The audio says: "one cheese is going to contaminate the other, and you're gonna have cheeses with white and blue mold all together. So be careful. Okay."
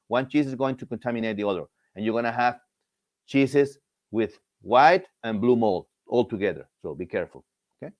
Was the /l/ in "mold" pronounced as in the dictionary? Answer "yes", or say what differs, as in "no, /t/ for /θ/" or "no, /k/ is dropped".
yes